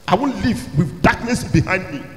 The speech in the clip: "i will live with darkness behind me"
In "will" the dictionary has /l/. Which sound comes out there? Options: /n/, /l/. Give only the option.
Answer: /n/